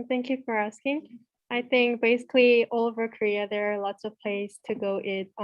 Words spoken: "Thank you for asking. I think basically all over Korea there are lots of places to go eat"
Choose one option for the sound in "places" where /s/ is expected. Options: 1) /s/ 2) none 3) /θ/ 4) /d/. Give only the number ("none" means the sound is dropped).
2